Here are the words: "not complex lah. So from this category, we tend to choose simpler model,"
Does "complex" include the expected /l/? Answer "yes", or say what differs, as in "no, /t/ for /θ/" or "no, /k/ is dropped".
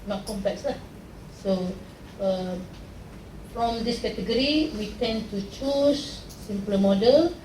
no, /l/ is dropped